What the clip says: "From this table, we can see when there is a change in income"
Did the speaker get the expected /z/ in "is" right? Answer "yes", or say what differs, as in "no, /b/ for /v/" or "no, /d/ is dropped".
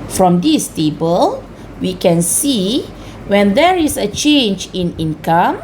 no, /s/ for /z/